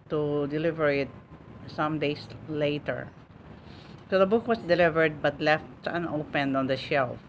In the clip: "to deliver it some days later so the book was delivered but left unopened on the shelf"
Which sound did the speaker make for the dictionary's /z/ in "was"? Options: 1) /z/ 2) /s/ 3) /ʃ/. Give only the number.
2